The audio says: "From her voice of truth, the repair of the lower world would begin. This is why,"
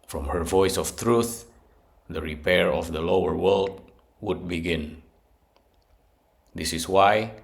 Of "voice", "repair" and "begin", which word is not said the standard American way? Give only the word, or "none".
none